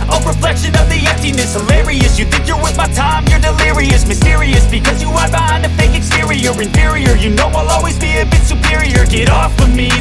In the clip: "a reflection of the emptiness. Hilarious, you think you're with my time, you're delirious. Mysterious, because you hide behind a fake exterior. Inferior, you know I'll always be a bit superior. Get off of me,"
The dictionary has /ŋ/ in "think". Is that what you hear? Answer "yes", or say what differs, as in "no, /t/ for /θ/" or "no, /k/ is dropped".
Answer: yes